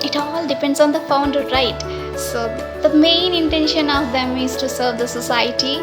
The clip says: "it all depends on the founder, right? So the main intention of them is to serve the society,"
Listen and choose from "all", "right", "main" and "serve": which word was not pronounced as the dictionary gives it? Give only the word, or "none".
none